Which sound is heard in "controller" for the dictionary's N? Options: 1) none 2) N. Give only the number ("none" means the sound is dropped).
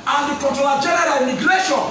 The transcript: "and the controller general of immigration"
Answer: 1